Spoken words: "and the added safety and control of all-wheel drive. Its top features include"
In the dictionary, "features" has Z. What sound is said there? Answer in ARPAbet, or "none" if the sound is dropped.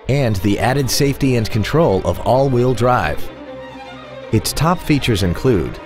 Z